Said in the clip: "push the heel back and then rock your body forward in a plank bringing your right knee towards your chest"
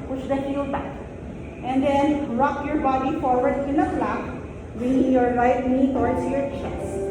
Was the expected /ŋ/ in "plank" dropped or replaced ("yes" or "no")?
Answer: yes